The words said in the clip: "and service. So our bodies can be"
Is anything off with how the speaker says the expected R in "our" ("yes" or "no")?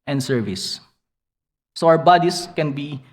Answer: yes